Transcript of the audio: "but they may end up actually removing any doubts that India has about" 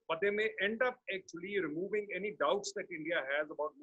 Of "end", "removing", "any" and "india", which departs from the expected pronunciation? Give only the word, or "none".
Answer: none